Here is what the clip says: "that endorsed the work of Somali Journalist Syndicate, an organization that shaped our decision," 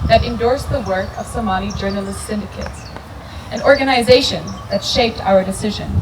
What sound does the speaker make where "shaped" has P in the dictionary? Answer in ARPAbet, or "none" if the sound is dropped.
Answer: P